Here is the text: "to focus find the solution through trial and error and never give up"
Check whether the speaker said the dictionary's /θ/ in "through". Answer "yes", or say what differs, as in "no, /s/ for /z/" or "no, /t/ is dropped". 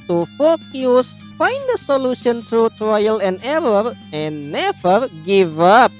no, /t/ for /θ/